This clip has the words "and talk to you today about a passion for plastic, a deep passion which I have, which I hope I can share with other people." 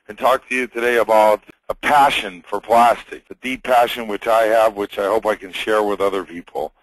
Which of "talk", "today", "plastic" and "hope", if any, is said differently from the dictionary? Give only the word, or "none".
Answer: none